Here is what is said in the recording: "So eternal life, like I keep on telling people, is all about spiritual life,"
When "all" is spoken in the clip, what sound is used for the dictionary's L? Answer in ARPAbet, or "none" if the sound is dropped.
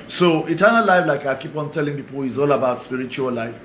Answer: L